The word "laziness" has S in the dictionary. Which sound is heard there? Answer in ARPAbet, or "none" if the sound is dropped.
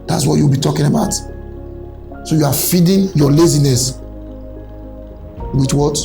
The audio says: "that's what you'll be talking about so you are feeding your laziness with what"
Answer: S